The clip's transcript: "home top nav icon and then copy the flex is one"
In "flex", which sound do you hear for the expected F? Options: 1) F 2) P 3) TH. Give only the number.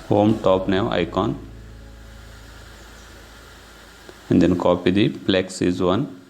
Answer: 2